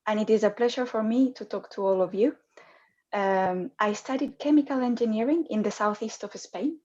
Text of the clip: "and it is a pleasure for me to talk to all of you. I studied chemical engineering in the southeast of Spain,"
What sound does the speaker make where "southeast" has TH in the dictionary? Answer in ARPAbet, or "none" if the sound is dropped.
TH